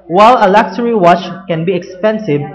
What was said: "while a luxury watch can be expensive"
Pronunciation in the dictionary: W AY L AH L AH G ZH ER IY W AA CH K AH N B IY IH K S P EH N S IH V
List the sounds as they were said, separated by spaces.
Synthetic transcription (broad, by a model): W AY L AH L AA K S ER IY W AA CH K AH N B IY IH K S P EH N S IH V